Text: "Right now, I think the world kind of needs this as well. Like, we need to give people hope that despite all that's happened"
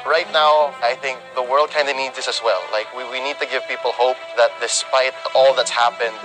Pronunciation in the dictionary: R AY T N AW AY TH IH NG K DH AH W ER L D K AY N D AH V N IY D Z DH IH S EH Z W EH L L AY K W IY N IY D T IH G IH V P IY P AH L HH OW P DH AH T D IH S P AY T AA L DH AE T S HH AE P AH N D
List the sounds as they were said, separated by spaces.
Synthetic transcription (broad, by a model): R AY T N AW AY TH IH NG K DH AH W ER L D K AY N D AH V N IY D Z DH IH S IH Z W EH L L AY K W IY N IY D T IH G IH V P IY P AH L HH OW P DH AH T D IH S P AY T AA L DH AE T S HH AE P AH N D